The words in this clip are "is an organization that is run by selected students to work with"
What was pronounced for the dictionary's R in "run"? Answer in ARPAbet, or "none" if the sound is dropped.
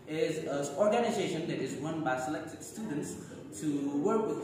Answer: W